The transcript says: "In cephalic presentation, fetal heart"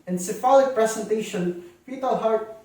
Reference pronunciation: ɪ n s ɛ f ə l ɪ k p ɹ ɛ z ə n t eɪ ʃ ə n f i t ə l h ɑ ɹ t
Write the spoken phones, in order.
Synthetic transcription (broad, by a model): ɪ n s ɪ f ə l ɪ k p ɹ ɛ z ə n t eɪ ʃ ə n p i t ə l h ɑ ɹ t